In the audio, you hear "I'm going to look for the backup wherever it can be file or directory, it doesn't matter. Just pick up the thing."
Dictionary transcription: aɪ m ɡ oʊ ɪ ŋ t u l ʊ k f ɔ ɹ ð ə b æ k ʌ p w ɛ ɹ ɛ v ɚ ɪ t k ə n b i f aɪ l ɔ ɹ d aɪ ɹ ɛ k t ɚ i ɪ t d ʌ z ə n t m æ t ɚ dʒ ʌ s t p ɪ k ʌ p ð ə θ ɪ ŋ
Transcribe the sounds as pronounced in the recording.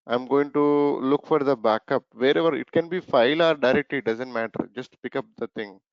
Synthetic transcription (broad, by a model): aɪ m ɡ oʊ ɪ ŋ t u l ʊ k f ɔ ɹ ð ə b æ k ʌ p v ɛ ɹ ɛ v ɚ ɪ t k ə n b i f aɪ l ɔ ɹ d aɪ ɹ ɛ k t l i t d ʌ z ə n t m æ t ɚ dʒ ʌ s t p ɪ k ʌ p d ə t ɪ ŋ